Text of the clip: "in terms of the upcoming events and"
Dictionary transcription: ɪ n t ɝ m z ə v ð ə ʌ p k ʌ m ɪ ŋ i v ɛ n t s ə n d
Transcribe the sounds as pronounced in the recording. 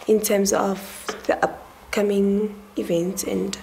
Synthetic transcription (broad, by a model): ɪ n t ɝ m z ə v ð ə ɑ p k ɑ m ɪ ŋ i v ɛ n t ə n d